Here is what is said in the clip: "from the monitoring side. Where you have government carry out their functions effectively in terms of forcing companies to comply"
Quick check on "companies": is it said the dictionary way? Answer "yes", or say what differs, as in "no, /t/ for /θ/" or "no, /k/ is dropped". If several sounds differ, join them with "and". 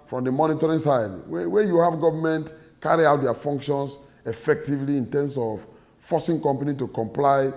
no, /z/ is dropped